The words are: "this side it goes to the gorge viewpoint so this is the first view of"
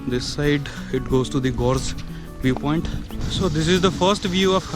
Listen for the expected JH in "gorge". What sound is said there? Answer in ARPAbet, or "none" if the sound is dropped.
Z